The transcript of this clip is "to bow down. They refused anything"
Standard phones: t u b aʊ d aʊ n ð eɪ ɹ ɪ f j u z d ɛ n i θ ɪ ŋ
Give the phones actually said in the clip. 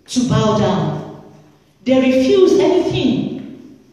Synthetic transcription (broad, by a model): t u b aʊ d aʊ n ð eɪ ɹ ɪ f j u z ɛ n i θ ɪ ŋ